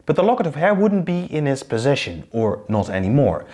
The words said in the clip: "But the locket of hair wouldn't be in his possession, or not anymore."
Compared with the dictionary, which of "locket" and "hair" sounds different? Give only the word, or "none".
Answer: none